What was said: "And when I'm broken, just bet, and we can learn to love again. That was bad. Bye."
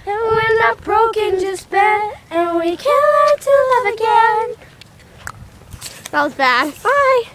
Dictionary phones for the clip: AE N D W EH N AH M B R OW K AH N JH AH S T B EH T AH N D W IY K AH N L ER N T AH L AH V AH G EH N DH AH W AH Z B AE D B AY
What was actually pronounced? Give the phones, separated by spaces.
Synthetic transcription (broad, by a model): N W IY L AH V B R OW K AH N JH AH S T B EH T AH N W IY K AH L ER T AH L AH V AH G EH N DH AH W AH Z B AE D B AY